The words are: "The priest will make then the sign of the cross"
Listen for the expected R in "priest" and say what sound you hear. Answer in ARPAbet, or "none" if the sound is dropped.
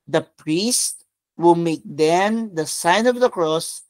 R